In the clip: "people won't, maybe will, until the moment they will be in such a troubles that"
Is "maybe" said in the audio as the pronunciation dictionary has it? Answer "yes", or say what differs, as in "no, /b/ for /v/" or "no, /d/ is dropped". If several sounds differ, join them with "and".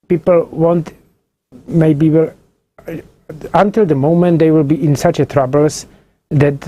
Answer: yes